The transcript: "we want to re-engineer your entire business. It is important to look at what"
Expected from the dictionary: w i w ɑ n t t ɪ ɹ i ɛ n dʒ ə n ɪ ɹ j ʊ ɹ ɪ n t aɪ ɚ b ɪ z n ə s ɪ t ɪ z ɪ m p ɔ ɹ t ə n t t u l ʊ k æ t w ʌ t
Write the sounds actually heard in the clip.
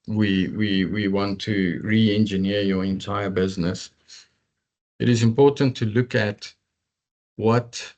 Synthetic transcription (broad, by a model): w i w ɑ n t t ɪ ɹ i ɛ n dʒ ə n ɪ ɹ j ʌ ɹ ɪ n t aɪ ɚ b ɪ z n ə s ɪ t ɪ z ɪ m p ɔ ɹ t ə n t t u l ʊ k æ t w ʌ t